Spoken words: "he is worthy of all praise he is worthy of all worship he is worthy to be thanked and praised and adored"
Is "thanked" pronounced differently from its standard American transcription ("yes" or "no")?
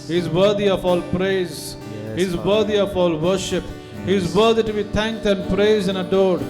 yes